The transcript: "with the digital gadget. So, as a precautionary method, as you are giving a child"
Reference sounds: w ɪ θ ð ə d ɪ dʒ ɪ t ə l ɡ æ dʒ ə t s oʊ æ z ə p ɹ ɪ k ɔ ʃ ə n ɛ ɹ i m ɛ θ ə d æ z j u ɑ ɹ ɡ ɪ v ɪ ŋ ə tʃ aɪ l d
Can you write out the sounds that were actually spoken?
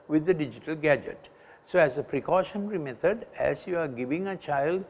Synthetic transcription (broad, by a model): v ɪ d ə d ɪ dʒ ɪ t ə l ɡ æ dʒ ə t s oʊ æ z ə p ɹ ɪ k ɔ ʃ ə n ɹ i m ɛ t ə d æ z j u ɑ ɹ ɡ ɪ v ɪ ŋ ə tʃ aɪ l d